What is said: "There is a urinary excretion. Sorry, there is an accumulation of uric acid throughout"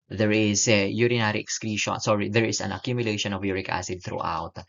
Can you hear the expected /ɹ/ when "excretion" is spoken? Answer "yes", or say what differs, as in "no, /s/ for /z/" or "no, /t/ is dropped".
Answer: yes